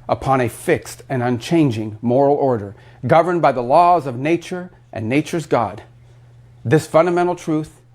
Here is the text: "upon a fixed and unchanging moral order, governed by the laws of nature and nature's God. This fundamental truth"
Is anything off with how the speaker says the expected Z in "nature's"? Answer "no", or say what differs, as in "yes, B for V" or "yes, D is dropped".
no